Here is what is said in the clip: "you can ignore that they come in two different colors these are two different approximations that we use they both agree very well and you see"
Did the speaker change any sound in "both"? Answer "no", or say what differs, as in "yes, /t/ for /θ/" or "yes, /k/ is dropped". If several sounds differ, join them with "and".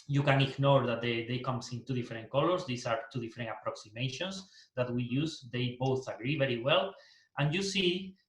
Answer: no